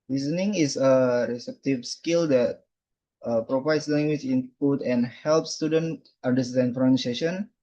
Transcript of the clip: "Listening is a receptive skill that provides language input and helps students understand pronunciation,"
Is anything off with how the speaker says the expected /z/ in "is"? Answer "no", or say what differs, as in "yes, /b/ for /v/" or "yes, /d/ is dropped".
yes, /s/ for /z/